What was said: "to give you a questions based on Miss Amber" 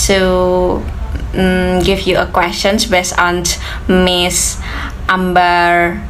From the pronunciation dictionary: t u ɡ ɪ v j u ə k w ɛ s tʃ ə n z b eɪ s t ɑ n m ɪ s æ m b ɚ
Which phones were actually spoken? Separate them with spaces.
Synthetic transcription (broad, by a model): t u ɡ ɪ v j u ə k w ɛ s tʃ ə n s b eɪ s ɑ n m ɪ s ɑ m b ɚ